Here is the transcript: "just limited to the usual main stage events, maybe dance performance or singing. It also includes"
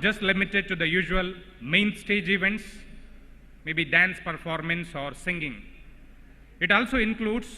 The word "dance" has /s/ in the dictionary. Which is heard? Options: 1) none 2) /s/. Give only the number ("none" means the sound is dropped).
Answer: 2